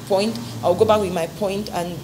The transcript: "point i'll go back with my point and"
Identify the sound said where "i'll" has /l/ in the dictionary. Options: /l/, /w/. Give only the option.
/w/